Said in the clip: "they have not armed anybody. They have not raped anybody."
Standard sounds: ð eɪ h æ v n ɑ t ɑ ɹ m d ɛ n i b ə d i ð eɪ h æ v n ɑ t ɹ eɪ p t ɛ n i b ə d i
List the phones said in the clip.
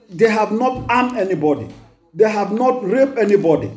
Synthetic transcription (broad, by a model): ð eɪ h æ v n ɑ t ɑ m ɛ n i b ə d i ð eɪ h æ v n ɑ t ɹ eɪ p ɛ n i b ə d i